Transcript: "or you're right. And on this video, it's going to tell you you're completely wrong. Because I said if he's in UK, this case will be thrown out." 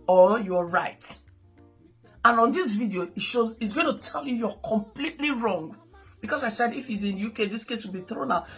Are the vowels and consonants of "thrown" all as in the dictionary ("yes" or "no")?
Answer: yes